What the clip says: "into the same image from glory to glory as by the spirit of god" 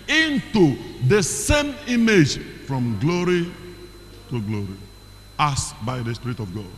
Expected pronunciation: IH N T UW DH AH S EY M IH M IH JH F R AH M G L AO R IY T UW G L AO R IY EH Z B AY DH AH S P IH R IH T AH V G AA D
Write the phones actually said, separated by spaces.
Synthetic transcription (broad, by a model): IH N T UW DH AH S EY M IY M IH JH F R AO M G L AO R IY T UW G L AO R IY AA S B AY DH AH S P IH R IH T AH V G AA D